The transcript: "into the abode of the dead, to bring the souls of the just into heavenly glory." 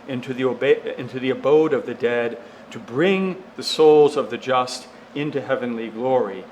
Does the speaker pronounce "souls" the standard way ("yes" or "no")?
yes